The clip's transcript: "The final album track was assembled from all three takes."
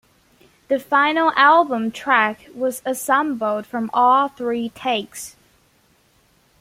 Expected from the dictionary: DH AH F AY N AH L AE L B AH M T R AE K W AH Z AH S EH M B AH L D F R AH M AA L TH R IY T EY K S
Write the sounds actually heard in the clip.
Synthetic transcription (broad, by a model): DH AH F AY N L AE L B AH M T R AE K W AH Z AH S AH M B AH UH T F R AH M AA L TH R IY T EY K S